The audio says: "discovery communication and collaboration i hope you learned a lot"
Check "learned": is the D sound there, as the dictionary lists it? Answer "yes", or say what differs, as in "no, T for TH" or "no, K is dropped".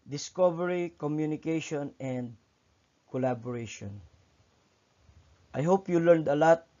yes